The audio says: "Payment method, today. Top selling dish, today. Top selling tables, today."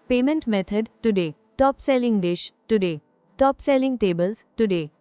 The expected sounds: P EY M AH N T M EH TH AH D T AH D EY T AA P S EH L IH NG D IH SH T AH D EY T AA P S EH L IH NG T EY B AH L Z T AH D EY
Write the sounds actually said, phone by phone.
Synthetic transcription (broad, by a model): P EY M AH N T M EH T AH D T AH D EY T AA P S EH L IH NG D IH SH T AH D EY T AA P S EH L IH NG T EY B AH L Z T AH D EY